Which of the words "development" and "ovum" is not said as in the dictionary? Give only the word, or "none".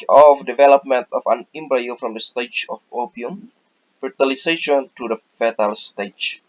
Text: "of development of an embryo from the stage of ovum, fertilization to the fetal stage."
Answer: ovum